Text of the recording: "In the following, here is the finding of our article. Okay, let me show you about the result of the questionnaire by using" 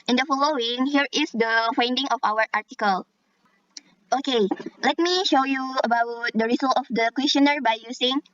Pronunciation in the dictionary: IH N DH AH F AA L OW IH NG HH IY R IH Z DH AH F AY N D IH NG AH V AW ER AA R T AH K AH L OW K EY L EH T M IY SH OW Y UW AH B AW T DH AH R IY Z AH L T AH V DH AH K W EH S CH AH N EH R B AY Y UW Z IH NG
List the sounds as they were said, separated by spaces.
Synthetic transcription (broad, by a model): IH N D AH F AA L OW IH NG HH IY R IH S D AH F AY N D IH NG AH F AW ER AA R T AH K AH L OW K EY L EH T M IY SH OW Y UW AH B AW T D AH R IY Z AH L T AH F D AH K W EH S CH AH N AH R B AY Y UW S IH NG